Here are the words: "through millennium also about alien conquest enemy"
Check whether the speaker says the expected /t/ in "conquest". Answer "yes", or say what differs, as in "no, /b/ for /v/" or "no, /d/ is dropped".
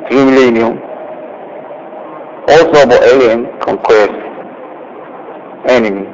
no, /t/ is dropped